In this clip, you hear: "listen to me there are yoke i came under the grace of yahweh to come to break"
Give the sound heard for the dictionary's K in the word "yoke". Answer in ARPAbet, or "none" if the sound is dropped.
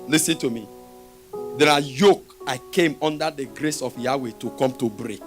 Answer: K